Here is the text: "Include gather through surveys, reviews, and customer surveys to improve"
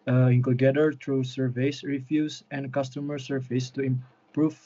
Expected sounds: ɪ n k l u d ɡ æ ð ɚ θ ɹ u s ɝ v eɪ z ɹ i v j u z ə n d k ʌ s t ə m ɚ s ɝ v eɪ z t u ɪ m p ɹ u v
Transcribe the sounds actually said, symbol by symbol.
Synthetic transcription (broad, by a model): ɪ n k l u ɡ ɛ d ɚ t ɹ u s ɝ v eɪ s ɹ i f j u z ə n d k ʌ s t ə m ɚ s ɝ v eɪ s t u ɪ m p ɹ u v